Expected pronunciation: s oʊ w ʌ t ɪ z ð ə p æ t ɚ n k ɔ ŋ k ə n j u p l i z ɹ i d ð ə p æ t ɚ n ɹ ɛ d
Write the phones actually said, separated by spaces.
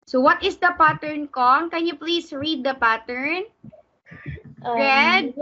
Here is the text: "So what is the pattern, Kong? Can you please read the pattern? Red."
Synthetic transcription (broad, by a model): s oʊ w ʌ t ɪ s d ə p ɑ t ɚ n k ɔ ŋ k ə n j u p l i s ɹ i d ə p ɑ t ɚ n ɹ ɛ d